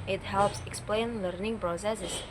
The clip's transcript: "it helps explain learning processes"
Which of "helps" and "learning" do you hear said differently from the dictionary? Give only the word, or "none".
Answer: none